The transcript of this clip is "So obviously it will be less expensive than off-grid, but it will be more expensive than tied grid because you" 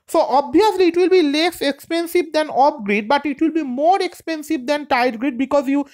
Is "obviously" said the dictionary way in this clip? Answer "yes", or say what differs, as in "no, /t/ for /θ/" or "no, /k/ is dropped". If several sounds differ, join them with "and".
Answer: no, /v/ is dropped